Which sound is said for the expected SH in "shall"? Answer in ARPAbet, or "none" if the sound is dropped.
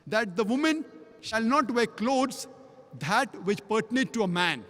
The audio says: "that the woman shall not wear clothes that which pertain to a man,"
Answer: SH